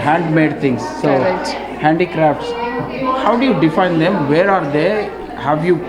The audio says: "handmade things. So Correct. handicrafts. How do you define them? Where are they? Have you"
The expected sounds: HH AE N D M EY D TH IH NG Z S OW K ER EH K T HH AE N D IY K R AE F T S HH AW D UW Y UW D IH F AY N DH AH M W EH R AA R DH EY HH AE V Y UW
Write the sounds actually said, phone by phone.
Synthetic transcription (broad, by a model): HH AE N D M EY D T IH NG S OW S HH AE N D IY K R AE F T S HH AW D UW Y UW D IH F AY N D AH M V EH R AA R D EY HH AE V Y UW